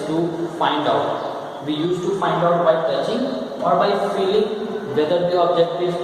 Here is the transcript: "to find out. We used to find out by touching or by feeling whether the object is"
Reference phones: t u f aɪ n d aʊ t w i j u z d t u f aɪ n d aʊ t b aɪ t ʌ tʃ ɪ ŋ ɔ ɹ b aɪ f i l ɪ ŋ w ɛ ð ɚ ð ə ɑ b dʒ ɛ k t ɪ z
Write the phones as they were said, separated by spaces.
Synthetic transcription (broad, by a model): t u f aɪ n d aʊ t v i j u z t u f aɪ n d aʊ t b aɪ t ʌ s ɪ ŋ ɔ ɹ b aɪ f i l ɪ ŋ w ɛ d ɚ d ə ɑ b dʒ ɛ k t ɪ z